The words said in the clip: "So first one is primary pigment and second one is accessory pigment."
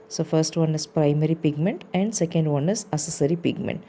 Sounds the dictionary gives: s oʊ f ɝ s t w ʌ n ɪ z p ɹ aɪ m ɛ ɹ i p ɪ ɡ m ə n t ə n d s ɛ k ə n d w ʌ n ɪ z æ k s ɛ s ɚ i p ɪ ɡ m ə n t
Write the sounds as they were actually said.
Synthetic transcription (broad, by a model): s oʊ f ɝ s t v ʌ n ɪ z p ɹ aɪ m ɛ ɹ i p ɪ ɡ m ə n t ə n d s ɛ k ə n d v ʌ n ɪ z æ s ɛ s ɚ i p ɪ ɡ m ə n t